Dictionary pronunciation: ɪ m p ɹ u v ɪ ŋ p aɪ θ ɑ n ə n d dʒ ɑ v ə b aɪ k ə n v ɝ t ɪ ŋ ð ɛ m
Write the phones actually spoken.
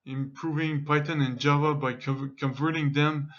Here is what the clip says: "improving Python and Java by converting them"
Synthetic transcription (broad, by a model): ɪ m p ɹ u v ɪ ŋ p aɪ t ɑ n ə n dʒ ɑ v ə b aɪ k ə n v ɝ t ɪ ŋ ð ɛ m